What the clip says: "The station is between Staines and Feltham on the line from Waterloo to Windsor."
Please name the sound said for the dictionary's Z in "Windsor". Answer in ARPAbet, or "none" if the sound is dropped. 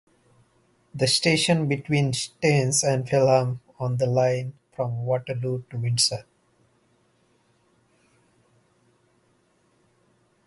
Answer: S